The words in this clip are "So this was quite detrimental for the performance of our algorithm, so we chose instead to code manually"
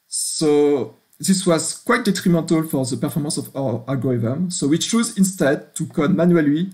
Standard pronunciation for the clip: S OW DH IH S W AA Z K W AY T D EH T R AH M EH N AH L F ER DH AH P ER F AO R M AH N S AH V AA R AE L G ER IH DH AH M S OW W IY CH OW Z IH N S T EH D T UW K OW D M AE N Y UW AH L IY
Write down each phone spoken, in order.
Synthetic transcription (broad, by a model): S OW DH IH S W AA Z K W AY T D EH T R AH M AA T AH L F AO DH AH P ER F AO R M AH N S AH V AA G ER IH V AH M S OW W IY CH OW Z IH N S T EH D T UW K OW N M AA N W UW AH L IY